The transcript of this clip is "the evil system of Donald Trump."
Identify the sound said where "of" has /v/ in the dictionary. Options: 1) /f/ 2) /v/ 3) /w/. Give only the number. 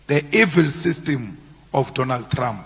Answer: 1